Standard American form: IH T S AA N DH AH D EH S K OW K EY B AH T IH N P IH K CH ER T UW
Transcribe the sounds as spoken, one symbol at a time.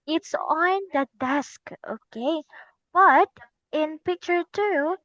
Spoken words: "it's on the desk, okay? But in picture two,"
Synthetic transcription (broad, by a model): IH T S AA N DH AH D EH S K OW K EY B AH T IH N P IH K CH ER T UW